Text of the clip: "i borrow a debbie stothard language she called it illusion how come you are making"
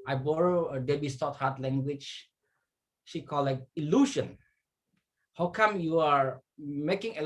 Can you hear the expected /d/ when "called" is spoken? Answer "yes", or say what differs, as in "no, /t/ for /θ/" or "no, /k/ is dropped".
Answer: no, /d/ is dropped